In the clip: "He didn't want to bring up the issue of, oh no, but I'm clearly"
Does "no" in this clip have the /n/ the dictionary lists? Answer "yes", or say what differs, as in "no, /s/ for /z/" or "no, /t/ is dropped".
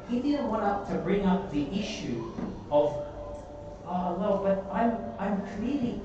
no, /l/ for /n/